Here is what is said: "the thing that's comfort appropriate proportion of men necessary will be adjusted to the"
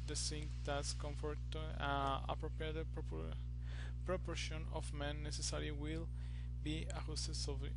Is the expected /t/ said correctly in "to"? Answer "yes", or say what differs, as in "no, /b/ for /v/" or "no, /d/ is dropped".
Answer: no, /s/ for /t/